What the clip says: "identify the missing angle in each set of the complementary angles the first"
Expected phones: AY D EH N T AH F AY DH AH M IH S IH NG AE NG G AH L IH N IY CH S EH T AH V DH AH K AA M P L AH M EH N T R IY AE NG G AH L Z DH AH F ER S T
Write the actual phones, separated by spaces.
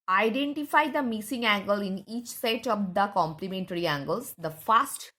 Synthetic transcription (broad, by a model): AY D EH N T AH F AY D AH M IH S IH NG AE NG G AH L IH N IY CH S EH T AH V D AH K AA M P L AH M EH N T R IY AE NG G AH L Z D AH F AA S T